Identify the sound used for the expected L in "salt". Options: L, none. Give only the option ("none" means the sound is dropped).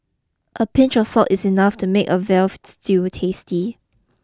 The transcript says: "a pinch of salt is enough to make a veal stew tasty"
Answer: none